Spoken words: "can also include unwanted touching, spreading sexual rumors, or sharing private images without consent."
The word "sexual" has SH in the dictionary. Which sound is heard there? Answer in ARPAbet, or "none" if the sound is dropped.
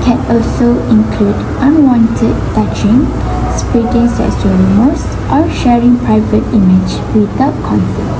S